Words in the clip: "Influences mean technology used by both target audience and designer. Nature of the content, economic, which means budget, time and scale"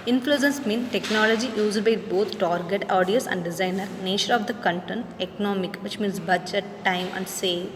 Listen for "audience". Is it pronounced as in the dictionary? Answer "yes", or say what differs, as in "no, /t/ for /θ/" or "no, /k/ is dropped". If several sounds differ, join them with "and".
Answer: no, /n/ is dropped